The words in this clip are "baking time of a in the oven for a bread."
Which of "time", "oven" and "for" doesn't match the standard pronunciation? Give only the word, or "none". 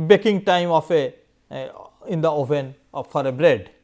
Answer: oven